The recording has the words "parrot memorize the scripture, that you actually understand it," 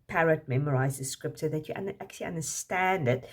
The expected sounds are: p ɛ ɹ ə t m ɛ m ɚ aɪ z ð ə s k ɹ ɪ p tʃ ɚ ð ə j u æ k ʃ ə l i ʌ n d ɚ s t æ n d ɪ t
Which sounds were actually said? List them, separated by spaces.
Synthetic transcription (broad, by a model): p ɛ ɹ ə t m ɛ m ɚ aɪ z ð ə s k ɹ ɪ p s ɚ ð ə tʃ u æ k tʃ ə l i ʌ n d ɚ s t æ n d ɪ t